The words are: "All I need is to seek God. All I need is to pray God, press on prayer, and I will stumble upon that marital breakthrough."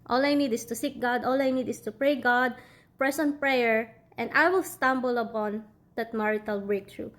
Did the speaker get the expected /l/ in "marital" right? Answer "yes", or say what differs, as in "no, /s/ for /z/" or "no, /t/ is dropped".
yes